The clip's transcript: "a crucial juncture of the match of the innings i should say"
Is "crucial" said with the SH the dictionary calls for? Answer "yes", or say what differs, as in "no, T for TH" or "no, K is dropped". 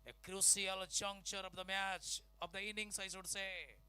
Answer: no, S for SH